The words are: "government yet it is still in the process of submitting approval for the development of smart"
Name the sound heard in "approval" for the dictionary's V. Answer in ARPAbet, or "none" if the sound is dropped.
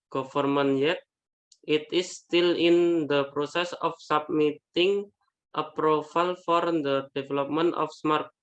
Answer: F